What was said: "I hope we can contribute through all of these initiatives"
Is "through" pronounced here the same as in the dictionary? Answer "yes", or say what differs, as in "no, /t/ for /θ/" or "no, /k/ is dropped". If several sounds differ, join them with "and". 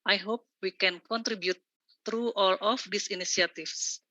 no, /t/ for /θ/